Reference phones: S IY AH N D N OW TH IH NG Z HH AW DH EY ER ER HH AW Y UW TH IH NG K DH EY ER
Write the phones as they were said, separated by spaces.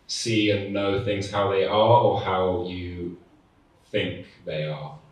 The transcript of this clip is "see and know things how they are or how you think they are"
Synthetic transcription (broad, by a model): S IY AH N N OW TH IH NG Z HH AW DH EY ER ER HH AW Y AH TH IH NG K DH EY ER